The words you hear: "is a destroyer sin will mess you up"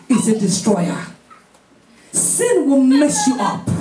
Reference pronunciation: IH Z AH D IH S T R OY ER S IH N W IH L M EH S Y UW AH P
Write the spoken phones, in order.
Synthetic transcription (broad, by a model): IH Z AH D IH S T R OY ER S IH N W IH L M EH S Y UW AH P